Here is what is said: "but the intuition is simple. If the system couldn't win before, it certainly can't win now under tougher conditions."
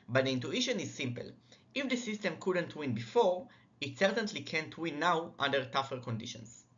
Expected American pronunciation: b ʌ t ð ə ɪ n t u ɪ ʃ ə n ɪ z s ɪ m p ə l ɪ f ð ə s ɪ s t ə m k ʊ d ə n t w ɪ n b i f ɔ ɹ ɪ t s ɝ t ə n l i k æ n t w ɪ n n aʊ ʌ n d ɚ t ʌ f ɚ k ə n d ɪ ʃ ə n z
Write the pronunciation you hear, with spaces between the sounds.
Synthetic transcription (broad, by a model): b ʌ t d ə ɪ n t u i ʃ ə n ɪ z s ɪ m p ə l ɪ f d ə s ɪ s t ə m k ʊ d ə n t w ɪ n b i f ɔ ɹ ɪ t s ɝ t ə n l i k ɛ n t w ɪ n n aʊ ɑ n d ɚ t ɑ f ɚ k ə n d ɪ ʃ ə n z